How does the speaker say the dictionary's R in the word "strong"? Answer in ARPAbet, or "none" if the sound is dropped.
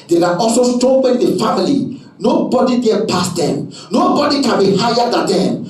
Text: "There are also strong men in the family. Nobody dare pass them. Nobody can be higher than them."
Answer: none